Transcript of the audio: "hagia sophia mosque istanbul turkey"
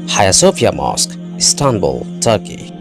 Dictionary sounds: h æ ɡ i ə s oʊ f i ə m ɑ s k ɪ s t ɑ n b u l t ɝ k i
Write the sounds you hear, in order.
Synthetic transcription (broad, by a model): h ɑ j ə s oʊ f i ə m ɑ s k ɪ s t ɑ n b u l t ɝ k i